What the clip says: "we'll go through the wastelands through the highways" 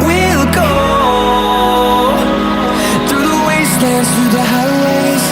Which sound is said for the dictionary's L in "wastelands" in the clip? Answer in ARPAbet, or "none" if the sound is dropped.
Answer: none